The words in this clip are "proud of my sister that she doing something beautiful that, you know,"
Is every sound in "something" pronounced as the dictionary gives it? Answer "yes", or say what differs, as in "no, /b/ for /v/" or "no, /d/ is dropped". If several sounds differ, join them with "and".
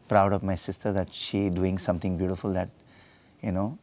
no, /t/ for /θ/